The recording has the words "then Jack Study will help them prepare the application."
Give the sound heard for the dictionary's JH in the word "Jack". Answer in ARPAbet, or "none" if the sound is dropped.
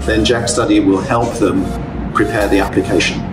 JH